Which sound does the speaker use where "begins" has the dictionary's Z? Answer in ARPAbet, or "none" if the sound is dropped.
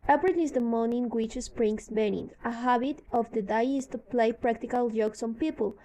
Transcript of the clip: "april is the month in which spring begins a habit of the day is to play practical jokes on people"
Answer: none